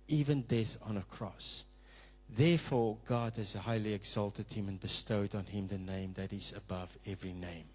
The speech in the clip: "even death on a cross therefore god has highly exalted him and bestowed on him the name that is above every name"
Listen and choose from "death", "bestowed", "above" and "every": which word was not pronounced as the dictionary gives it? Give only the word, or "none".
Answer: none